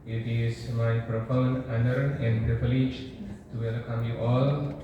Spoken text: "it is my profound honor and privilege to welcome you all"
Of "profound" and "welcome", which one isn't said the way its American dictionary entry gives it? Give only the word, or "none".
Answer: profound